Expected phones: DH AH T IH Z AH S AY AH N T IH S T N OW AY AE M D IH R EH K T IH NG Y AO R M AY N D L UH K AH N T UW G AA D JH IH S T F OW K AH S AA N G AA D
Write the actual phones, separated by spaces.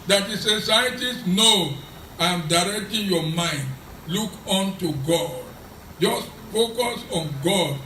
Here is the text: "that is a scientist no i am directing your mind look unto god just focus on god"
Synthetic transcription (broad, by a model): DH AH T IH S AH S AY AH T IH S N OW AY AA M D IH R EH K T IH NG Y AO M AY N D L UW K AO N T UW G AA D JH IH S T F OW K AH S AA N G AA D